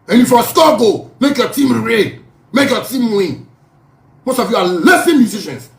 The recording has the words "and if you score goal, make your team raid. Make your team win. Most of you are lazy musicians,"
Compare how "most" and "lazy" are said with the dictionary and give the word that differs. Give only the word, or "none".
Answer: lazy